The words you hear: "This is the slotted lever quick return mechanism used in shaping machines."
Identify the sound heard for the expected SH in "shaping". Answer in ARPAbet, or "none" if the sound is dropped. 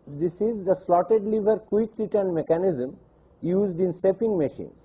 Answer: S